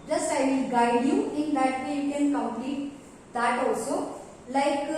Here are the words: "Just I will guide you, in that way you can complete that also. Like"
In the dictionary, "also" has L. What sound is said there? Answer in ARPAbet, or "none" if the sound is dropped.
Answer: none